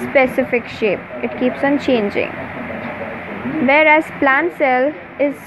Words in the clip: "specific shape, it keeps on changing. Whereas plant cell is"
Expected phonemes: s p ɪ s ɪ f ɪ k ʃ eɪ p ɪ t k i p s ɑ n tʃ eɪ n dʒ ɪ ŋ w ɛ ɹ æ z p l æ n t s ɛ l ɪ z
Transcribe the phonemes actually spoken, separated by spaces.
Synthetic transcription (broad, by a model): s p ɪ s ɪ f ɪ k ʃ eɪ p ɪ t k i p s ɑ n tʃ eɪ n dʒ ɪ ŋ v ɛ ɹ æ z p l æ n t s ɛ l ɪ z